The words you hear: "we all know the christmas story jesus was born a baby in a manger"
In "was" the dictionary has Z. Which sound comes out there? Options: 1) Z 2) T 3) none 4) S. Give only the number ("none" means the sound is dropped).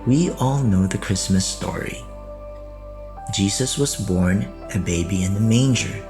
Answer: 1